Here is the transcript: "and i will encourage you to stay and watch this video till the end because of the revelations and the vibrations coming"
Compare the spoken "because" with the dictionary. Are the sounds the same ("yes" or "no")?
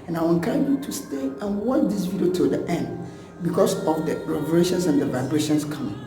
no